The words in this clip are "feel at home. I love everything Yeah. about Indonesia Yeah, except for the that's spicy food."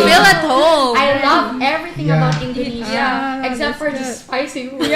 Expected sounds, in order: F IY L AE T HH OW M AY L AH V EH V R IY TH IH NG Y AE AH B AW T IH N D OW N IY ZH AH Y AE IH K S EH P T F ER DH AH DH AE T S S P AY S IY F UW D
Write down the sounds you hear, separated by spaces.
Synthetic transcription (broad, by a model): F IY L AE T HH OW AY L AH V EH V R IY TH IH NG AH B AW T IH N D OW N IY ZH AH IH K S EH P T F ER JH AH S S P AY S IY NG